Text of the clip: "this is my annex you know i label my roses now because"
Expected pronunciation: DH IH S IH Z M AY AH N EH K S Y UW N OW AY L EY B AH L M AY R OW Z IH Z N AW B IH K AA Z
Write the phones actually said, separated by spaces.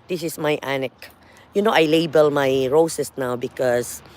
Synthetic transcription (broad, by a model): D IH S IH S M AY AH N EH K Y UW N OW AY L EY B AH L M AY R OW S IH S N AW B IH K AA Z